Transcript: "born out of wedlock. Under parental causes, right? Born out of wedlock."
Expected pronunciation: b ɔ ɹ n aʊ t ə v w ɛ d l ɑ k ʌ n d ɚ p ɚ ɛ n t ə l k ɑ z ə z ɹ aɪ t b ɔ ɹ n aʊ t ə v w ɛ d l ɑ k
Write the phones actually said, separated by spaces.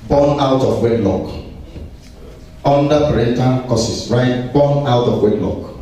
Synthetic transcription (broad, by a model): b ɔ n aʊ t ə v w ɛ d l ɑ k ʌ n d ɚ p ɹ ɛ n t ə n k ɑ s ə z ɹ aɪ t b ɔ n aʊ t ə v w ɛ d l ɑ k